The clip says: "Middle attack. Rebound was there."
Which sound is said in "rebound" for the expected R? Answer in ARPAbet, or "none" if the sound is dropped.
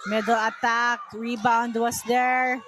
R